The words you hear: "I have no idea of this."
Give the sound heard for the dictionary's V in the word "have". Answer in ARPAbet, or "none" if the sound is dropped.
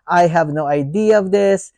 V